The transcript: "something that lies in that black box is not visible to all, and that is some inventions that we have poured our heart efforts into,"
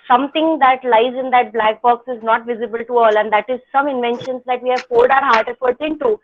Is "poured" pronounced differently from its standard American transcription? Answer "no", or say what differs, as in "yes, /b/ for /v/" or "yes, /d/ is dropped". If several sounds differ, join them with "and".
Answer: yes, /l/ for /ɹ/